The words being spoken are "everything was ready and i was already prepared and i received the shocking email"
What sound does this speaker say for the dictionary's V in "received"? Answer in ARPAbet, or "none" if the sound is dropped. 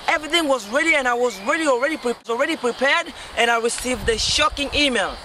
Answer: V